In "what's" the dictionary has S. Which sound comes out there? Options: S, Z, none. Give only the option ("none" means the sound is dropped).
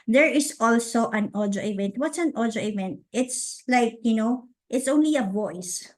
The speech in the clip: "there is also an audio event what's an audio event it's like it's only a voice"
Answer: S